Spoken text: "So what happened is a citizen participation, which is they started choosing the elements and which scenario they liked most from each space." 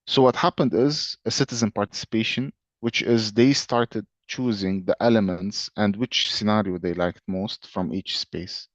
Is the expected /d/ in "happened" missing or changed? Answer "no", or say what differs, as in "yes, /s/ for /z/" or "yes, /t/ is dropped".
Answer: no